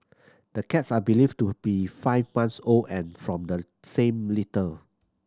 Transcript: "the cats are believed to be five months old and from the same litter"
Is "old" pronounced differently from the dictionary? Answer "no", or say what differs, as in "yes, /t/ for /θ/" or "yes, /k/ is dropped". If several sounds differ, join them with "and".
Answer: yes, /d/ is dropped